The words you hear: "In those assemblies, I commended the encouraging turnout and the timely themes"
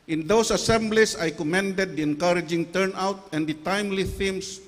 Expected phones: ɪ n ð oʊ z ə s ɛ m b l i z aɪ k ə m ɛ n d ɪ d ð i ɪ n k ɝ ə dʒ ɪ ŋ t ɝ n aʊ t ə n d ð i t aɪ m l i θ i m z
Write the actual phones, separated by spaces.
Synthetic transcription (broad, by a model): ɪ n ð oʊ s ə s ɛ m b l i s aɪ k ə m ɛ n d ɪ d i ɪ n k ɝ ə dʒ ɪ ŋ t ɝ n aʊ t ə n d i t aɪ m l i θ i m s